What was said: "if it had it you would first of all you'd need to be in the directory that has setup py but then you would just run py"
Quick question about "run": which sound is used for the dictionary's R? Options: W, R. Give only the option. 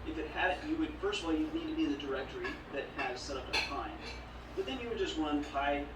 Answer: W